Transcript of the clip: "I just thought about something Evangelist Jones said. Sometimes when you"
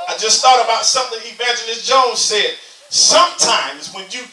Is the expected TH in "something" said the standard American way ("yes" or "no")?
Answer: yes